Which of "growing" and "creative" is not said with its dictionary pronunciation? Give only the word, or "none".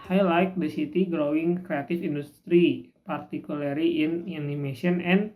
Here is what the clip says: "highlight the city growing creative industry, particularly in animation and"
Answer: creative